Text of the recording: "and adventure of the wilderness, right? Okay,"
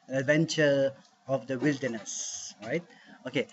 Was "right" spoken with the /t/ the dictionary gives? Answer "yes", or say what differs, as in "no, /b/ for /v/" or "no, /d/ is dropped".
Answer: yes